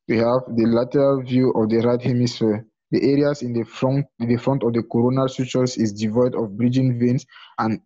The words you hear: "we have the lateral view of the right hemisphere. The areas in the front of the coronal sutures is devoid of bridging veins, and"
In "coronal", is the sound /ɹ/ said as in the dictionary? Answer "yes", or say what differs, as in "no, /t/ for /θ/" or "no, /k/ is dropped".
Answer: yes